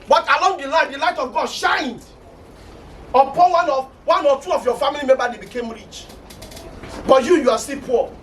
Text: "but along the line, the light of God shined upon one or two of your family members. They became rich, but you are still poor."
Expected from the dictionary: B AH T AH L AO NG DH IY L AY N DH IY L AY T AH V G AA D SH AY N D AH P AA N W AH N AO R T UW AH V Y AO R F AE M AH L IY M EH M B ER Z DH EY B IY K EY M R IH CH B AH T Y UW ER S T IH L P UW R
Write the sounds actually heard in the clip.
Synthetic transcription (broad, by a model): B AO T AH L AO NG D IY L AY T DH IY L AY T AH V G AA D SH AY N D AH P AA N W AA N AO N T UW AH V Y AO F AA M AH L IY M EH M B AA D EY B IY K EY M R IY CH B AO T Y UW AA S T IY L P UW